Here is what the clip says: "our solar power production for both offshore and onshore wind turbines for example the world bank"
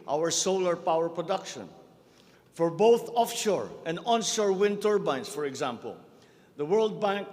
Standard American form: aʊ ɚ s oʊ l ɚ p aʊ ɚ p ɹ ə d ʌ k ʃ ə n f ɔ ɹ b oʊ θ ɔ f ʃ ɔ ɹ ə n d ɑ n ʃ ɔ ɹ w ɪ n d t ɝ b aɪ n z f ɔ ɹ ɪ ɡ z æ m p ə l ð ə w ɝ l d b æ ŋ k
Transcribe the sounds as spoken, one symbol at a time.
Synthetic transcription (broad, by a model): aʊ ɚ s oʊ l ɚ p aʊ ɚ p ɹ ə d ʌ k ʃ ə n f ɔ ɹ b oʊ θ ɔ f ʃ ɔ ɹ ə n d ɑ n ʃ ɔ ɹ w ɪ n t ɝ b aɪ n s f ɔ ɹ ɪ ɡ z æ m p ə l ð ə w ɝ l d b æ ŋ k